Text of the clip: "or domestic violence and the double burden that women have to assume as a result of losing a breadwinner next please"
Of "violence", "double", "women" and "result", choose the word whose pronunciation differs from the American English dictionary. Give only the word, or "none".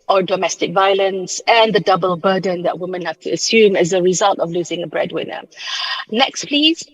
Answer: none